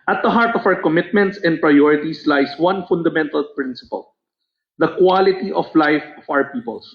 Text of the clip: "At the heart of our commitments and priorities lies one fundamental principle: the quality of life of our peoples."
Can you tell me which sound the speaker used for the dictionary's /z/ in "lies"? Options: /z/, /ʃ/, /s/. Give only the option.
/s/